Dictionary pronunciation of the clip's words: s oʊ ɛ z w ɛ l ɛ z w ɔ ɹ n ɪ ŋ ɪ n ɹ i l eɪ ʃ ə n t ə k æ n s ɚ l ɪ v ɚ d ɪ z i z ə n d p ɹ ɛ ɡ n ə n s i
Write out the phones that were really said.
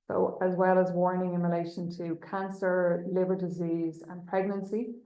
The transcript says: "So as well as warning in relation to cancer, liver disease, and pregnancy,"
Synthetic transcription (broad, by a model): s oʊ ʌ z w ɛ l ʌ z w ɔ ɹ n ɪ ŋ ɪ n ɹ i l eɪ ʃ ə n t ə k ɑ n s ɚ l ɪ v ɚ d ɪ z i z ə n p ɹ ɛ ɡ n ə n s i